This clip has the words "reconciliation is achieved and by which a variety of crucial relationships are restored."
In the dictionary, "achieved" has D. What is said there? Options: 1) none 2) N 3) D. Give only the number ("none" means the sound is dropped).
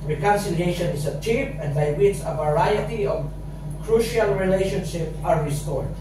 1